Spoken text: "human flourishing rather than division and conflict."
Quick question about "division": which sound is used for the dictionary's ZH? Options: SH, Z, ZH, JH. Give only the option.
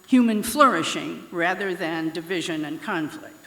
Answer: ZH